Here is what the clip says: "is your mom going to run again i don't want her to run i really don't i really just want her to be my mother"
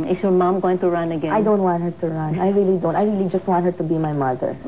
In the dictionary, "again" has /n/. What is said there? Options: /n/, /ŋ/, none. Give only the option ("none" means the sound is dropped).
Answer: none